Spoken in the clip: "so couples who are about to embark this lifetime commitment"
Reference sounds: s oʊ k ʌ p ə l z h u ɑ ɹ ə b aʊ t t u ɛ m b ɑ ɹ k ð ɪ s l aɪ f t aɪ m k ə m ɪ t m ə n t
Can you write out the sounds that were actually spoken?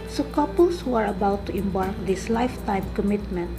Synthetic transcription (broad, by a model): s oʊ k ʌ p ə l s h u ɑ ɹ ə b aʊ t t u ɛ m b ɑ ɹ k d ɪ s l aɪ f t aɪ m k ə m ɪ t m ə n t